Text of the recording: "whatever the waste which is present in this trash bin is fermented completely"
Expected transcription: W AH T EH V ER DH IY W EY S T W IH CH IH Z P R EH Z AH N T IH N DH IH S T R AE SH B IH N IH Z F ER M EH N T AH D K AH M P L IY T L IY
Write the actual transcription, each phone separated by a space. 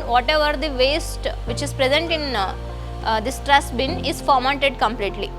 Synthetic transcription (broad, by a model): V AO T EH V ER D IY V EY S T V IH CH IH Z P R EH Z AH N T IH N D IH S T R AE S B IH N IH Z F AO M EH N T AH D K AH M P L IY T L IY